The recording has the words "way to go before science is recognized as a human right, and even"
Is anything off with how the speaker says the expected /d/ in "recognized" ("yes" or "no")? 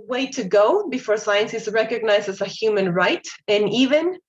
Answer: yes